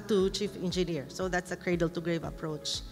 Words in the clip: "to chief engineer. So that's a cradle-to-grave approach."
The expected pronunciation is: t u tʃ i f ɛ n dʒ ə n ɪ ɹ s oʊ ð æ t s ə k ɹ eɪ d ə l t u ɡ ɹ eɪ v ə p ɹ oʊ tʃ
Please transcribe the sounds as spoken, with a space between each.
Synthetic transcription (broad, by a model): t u tʃ i f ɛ n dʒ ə n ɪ ɹ s oʊ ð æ t s ə k ɹ eɪ d ə l t u ɡ ɹ eɪ v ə p ɹ oʊ tʃ